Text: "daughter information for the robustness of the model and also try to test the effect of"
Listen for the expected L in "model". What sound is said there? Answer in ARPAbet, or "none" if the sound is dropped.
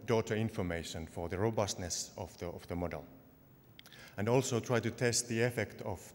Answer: L